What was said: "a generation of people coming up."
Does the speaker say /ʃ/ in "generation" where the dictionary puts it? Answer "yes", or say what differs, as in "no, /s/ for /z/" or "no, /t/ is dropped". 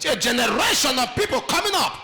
yes